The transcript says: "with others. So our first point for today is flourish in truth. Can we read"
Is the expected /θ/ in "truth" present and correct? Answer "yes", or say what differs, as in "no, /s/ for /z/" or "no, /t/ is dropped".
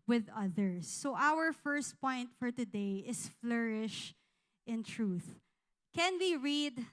yes